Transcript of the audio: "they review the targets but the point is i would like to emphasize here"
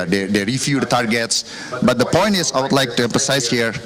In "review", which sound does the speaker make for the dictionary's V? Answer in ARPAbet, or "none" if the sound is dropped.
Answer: F